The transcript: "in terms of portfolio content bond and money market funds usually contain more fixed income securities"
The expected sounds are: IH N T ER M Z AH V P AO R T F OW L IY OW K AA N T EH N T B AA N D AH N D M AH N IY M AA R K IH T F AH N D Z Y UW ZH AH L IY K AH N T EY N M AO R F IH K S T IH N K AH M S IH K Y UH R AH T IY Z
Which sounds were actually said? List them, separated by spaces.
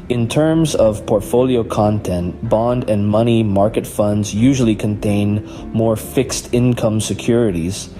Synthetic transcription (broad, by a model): IH N T ER M Z AH V P AO R T F OW L IY OW K AA N T EH N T B AA N D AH N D M AH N IY M AA R K IH T F AH N D Z Y UW ZH L IY K AH N T EY N M AO R F IH K S T IH N K AH M S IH K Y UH R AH T IY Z